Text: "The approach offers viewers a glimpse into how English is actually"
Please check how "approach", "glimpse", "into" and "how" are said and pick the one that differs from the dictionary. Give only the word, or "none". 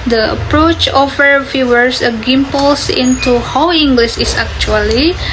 glimpse